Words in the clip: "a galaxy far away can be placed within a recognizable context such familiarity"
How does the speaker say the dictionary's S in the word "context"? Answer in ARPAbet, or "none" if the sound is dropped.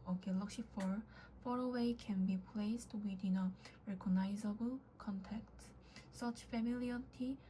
none